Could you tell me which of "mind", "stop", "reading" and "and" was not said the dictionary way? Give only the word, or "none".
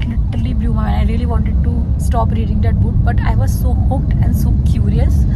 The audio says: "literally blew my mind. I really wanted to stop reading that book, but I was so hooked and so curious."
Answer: mind